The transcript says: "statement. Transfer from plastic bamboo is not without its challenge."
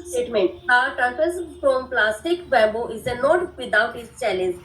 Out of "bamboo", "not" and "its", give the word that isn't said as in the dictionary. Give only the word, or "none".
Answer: bamboo